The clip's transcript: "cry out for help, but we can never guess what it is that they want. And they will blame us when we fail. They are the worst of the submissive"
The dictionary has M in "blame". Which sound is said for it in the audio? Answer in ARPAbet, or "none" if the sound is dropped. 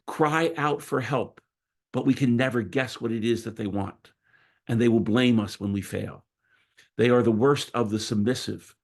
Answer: M